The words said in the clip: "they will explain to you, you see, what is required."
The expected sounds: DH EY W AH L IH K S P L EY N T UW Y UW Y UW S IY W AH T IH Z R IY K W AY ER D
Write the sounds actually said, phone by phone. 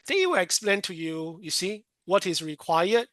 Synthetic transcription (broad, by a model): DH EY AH W IH K S P L EY N T UW Y UW Y UW S IY W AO T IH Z R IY K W AY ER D